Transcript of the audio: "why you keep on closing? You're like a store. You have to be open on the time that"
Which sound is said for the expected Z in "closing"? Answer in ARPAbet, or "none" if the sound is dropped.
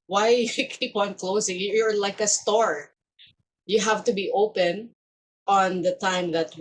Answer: S